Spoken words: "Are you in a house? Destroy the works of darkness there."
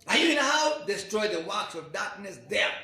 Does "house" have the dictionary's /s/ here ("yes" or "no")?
no